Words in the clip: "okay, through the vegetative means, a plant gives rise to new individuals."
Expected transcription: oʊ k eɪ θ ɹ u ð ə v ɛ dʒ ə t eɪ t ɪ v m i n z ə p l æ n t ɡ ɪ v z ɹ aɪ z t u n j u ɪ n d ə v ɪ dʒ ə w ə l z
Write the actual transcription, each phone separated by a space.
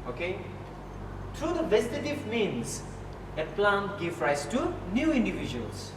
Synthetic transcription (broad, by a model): oʊ k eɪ t ɹ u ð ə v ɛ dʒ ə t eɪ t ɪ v m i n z ə p l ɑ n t ɡ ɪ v ɹ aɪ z t u n j u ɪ n d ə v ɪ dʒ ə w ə l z